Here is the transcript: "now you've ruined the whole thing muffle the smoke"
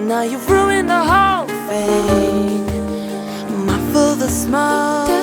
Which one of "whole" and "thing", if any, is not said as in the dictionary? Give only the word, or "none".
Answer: thing